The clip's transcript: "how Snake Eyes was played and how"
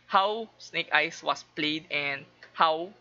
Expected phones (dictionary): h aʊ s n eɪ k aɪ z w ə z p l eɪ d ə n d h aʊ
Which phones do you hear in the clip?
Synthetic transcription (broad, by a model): h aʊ s n eɪ k aɪ s w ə s p l eɪ d ə n d h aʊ